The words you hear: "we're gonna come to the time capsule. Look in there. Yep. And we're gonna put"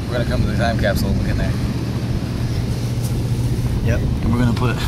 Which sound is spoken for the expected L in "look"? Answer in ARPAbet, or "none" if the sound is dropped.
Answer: W